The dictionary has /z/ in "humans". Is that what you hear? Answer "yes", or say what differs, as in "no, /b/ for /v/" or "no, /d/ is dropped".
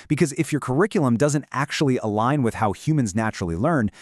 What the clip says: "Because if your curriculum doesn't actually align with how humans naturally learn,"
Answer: yes